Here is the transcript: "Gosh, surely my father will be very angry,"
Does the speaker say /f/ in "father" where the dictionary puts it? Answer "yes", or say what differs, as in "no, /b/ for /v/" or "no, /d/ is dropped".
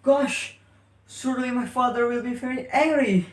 yes